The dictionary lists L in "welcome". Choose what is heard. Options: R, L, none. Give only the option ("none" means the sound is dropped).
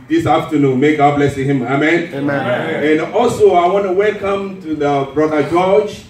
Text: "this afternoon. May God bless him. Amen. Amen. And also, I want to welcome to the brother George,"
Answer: L